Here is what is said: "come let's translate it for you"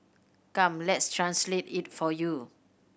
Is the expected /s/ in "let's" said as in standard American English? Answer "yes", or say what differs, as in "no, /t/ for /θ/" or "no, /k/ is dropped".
yes